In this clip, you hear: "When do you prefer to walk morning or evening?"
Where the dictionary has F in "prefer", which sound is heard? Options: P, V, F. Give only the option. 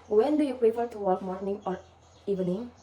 P